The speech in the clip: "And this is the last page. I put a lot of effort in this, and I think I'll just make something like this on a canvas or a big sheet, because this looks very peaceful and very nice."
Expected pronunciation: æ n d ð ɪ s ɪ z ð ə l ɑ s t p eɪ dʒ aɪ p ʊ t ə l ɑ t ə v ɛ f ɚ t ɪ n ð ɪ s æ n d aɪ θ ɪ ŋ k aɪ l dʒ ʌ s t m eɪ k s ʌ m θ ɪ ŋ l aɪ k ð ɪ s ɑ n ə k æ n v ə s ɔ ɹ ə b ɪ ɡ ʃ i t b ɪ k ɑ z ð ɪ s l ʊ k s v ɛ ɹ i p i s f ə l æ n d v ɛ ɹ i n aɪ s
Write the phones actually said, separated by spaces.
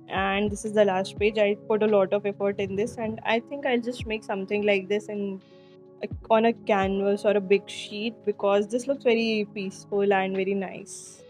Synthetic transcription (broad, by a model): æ n d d ɪ s ɪ z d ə l ɑ s t p eɪ dʒ aɪ p ʊ t ə l ɑ t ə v ɛ f ɚ t ɪ n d ɪ s æ n d aɪ t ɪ ŋ k aɪ l dʒ ʌ s t m eɪ k s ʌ m t ɪ ŋ l aɪ k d ɪ s ɑ n ə k æ n v ə s ɔ ɹ ə b ɪ ɡ ʃ i t b ɪ k ɑ z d ɪ s l ʊ k s v ɛ ɹ i p i s f ə l æ n d v ɛ ɹ i n aɪ s